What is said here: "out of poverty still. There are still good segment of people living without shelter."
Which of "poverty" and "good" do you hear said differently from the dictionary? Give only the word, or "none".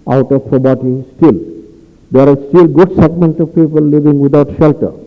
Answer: poverty